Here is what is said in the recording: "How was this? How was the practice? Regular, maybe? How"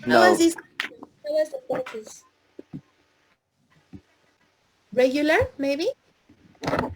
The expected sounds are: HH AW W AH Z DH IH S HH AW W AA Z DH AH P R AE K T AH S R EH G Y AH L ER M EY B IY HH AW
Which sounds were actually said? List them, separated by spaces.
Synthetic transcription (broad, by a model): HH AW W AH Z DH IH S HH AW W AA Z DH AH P AO T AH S R EH G Y AH L ER M EY B IY